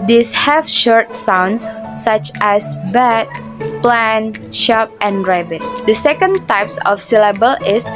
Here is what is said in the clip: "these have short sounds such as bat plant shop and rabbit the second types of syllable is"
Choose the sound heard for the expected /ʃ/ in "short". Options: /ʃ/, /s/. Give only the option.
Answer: /ʃ/